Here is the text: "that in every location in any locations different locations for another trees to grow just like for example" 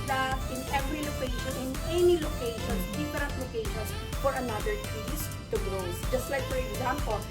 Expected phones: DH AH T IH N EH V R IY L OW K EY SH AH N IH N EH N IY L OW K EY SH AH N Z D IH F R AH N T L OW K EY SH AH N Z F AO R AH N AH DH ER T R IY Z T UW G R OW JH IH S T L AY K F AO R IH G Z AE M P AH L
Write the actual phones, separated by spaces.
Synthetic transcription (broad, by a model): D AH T IH N EH V R IY L OW K EY SH AH N IH N EH N IY L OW K EY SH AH N S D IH F R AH N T L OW K EY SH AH N S F AO R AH N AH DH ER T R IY S T UW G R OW JH IH S T L AY K F AO R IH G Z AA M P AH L